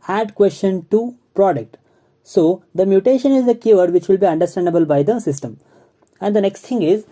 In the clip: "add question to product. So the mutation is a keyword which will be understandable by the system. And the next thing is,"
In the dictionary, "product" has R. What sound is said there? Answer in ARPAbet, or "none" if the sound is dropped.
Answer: R